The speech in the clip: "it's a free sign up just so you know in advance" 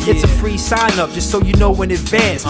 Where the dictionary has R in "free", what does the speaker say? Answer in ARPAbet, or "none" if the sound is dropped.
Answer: R